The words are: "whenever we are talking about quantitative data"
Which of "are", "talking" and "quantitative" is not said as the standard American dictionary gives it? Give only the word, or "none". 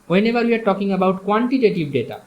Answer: quantitative